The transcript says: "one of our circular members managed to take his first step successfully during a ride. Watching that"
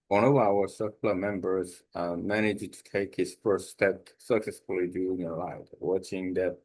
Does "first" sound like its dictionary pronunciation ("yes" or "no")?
yes